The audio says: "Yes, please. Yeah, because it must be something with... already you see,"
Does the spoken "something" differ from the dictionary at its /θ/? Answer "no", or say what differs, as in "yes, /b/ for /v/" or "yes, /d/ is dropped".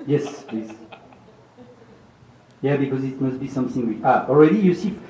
no